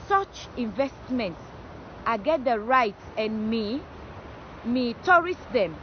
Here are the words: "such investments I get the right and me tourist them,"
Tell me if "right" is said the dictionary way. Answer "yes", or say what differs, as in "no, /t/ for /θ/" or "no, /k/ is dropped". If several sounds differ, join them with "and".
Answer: yes